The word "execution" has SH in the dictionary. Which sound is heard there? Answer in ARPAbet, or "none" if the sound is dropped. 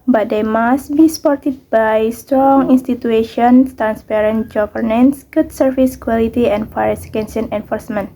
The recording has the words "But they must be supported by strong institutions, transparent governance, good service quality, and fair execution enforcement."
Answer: none